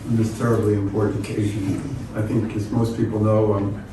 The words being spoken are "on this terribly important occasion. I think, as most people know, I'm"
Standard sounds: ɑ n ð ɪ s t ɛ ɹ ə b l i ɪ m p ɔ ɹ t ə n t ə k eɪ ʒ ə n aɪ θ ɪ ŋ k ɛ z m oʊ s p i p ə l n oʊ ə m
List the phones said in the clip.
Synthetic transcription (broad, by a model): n ð ɪ s t ɛ ɹ ə b l i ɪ m p ɔ ɹ t n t ə k eɪ ʒ ə n aɪ θ ɪ ŋ k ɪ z m oʊ s p i p l n oʊ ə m